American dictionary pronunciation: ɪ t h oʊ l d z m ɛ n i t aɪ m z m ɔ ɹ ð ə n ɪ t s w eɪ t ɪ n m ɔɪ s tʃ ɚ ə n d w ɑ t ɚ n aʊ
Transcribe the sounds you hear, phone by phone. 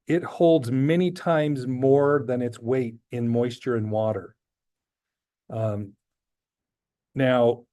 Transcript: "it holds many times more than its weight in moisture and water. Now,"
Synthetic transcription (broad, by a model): ɪ t h oʊ l d z m ɛ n i t aɪ m z m ɔ ɹ ð ə n ɪ t s w eɪ t ɪ n m ɔɪ s tʃ ɚ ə n w ɑ t ɚ n aʊ